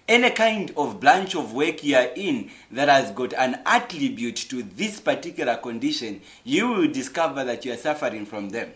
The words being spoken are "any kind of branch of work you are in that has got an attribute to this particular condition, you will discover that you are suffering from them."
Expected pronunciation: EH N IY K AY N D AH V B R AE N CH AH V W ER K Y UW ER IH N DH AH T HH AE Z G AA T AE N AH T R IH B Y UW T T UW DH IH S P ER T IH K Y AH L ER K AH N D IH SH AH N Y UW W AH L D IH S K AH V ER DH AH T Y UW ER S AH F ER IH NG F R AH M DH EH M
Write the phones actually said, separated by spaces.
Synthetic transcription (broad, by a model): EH N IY K AY N D AH V B L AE N CH AH V W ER K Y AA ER IH N DH AH T HH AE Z G AA T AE N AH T R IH B Y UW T T UW DH IH S P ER T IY K Y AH L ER K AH N D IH SH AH N Y UW W AH L D IH S K AH V ER DH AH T Y UW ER S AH F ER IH NG F R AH M DH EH M